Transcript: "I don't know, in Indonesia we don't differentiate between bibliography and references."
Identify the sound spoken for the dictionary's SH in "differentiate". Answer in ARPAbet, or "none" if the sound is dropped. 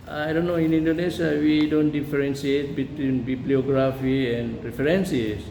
S